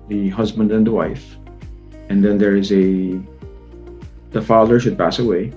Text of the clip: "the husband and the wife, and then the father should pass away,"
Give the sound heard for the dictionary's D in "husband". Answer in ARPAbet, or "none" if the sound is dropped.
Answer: D